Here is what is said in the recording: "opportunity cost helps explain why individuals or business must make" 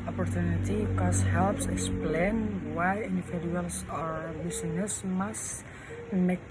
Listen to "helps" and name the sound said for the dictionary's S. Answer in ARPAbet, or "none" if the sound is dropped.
S